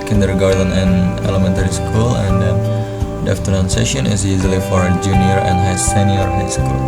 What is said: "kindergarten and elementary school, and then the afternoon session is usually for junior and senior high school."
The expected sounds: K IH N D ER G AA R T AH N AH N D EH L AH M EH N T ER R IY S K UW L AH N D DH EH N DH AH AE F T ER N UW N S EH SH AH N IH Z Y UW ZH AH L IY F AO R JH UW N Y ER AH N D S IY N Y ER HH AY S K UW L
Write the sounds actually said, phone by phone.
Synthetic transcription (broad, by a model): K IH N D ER G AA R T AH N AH N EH L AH M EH N T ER R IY S K UW L AH N D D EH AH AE F T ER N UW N S EH SH AH N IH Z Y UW Z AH L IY F AO R JH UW N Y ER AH N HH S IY N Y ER HH AY S K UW L